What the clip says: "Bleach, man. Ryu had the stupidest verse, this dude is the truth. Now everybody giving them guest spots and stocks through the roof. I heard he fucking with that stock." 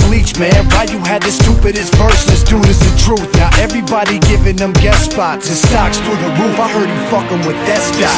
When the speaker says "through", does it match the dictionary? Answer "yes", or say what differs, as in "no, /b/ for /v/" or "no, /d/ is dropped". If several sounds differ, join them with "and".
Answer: no, /t/ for /θ/